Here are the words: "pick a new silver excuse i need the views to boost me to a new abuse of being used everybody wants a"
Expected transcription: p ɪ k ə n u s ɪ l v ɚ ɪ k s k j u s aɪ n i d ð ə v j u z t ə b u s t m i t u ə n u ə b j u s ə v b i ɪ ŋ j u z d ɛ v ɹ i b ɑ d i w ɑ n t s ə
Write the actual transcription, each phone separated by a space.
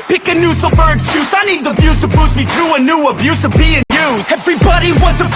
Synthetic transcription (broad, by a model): p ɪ k ə n u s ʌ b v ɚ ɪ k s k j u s aɪ n i d ð ə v j u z t ə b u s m i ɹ u ə n u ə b j u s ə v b i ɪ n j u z ɛ v ɹ i b ɑ d i w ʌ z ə